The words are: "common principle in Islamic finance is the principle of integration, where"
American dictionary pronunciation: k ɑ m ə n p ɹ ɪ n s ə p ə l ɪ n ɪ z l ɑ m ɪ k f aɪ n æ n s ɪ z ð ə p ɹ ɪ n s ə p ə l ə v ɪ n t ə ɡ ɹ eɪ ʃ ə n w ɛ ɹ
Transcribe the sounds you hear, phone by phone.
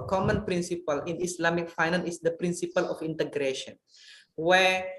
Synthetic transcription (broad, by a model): k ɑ m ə n p ɹ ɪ n s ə p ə l ɪ n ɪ s l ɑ m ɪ k f aɪ n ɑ n ɪ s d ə p ɹ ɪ n s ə p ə l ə f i n t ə ɡ ɹ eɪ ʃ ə n w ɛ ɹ